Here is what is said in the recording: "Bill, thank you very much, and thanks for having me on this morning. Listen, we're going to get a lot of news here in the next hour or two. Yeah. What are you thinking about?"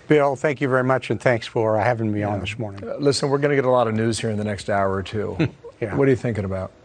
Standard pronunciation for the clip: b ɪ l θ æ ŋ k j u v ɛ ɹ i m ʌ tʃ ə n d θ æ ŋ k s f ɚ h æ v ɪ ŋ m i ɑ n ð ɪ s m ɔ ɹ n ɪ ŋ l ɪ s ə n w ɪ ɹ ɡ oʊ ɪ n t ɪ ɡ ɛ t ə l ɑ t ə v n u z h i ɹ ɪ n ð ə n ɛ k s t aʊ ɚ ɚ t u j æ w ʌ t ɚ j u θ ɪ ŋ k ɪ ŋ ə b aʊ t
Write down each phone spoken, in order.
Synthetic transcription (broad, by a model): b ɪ l θ æ ŋ k j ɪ v ɛ ɹ i m ʌ tʃ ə n θ æ ŋ k s f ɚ h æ v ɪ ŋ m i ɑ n ð ɪ s m ɔ ɹ n ɪ ŋ l ɪ s ə n w ɪ ɹ ɡ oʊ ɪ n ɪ ɡ ɛ t ə l ɑ t ə v n u z h i ɹ ɪ n ð ə n ɛ k s t aʊ ɚ ɚ t u j æ w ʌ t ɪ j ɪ θ ɪ ŋ k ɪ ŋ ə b aʊ t